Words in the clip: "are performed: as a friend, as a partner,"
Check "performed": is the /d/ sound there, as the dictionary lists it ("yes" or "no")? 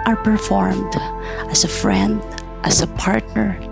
yes